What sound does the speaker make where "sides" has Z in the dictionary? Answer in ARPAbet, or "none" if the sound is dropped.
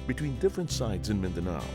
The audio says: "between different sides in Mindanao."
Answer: Z